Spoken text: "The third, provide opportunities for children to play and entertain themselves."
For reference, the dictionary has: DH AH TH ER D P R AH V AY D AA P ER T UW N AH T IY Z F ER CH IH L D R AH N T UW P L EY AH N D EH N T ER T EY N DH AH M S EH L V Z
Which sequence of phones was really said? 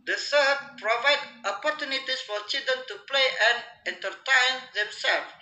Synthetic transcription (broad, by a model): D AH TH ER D P R AH V AY D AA P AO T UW N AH T IY S F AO CH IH L D AH N T UW P L EY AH N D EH N T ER T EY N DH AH M S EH L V